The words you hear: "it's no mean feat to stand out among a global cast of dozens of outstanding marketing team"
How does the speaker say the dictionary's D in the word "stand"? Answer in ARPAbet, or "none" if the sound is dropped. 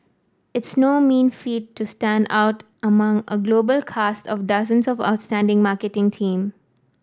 D